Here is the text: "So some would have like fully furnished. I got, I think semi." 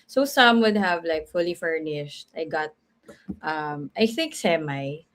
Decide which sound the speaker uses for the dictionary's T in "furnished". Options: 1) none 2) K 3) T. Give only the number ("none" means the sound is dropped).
3